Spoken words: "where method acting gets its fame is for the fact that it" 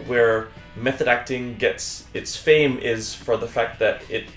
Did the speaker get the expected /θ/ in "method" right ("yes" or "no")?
yes